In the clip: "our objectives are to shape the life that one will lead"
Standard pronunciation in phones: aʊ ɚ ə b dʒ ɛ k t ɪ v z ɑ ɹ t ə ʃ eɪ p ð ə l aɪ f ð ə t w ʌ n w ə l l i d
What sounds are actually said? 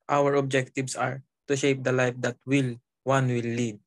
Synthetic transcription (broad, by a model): aʊ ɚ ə b dʒ ɛ k t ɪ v s ɑ ɹ t ə ʃ eɪ p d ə l aɪ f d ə t w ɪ l w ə w l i d